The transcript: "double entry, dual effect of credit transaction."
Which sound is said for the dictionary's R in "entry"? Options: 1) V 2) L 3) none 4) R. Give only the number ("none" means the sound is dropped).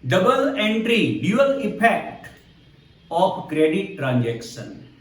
4